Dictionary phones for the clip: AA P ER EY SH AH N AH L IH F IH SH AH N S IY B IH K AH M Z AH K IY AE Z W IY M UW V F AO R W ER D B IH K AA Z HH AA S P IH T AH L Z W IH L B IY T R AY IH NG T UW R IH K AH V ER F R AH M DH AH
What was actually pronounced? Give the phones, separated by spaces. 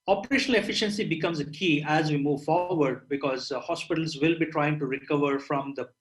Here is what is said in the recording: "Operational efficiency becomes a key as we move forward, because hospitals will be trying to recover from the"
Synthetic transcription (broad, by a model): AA P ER EY SH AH N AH L IH F IH SH AH N S IY B IH K AH M Z AH K IY AE Z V IY M UW V F AO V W ER D B IH K AA Z HH AA S P IH T AH L Z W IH L B IY T R AY IH NG T UW R IH K AH V ER F R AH M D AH